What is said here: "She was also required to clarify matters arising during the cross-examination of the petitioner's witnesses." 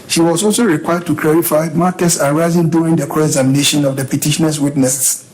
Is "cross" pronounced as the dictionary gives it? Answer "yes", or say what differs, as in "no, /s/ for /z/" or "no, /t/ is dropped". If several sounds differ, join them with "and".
no, /s/ is dropped